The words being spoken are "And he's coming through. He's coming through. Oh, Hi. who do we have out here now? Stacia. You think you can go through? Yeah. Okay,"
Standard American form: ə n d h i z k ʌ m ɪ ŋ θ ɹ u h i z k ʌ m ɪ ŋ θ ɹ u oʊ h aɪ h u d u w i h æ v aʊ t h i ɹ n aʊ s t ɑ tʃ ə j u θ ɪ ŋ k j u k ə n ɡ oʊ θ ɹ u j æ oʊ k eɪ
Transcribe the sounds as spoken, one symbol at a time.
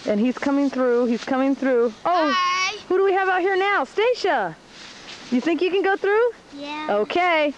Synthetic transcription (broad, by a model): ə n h i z k ʌ m ɪ ŋ θ ɹ u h i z k ʌ m ɪ ŋ θ ɹ u oʊ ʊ h u d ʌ w i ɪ v aʊ t h i ɹ n aʊ s t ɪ ʃ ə j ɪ θ ɪ ŋ k j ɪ k ə n ɡ oʊ θ ɹ u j oʊ k eɪ